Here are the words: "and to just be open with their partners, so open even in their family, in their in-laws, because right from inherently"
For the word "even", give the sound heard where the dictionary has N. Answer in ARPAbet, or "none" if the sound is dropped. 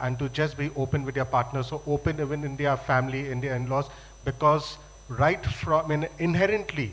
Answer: N